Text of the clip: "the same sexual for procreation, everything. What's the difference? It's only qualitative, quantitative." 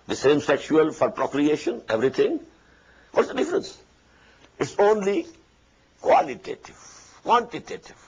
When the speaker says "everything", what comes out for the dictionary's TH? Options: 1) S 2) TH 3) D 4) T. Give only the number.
4